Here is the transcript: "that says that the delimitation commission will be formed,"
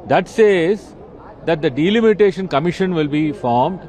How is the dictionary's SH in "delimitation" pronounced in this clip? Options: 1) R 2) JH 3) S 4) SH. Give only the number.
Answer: 4